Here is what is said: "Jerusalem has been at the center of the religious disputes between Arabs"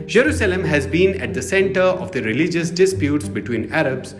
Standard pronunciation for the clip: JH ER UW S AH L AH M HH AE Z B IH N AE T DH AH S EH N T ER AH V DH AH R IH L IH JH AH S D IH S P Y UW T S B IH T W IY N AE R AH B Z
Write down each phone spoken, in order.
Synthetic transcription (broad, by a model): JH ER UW S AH L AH M HH AE Z B IH N AE T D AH S EH N T ER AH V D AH R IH L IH JH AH S D IH S P Y UW T S B IH T W IY N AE R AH B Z